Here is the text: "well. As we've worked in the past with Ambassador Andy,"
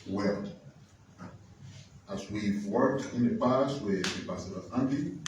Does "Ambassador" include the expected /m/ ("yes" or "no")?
no